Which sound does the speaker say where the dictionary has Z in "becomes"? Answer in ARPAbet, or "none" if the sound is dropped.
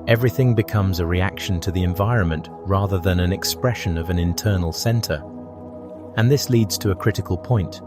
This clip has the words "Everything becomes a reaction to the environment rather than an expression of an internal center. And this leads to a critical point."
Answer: Z